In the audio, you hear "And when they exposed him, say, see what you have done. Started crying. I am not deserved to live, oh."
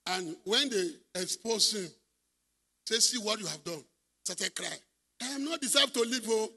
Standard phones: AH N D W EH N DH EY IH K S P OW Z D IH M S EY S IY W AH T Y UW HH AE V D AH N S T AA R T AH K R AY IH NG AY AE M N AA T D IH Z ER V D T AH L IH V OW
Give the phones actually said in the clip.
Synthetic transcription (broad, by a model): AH N W EH N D EY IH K S P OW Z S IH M S EY S IY W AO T Y UW HH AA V D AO N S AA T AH K R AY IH AY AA M N AA T D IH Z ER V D T AH L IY P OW